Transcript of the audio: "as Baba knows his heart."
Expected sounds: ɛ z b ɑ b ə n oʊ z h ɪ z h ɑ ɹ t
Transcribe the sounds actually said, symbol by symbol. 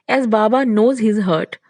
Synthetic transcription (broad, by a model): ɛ z b ɑ b ə n oʊ z h ɪ z h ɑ ɹ t